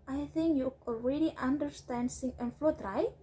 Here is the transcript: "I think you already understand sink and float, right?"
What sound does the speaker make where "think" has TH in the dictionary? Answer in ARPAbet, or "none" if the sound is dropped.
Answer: TH